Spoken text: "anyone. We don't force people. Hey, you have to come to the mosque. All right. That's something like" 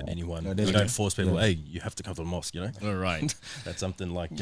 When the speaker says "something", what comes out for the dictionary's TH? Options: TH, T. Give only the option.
TH